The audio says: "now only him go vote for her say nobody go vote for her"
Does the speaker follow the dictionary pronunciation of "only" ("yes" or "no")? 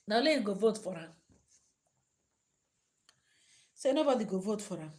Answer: no